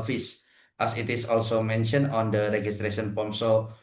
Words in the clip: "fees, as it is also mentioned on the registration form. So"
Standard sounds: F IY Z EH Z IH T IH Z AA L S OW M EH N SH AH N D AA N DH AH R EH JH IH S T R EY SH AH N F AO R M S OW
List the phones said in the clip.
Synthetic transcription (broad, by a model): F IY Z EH S IH T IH S AA L S OW M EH N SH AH N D AA N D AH R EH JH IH S T R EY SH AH N P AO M S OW